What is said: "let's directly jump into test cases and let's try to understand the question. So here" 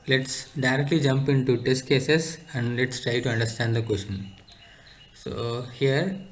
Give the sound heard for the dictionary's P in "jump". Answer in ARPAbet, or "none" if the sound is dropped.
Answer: P